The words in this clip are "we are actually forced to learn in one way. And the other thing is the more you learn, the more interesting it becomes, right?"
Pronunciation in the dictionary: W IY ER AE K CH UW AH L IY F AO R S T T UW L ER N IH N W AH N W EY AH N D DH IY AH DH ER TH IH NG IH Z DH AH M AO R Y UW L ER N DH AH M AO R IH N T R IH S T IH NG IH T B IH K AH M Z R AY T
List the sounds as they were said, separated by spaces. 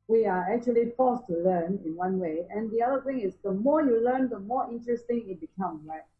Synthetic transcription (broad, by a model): W IY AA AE K CH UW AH L IY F AO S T T UW L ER N IH N W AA N W EY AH N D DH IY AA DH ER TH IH NG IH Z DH AH M AO Y UW L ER N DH AH M AO IH N T R IH S T IH NG IH T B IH K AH M R AY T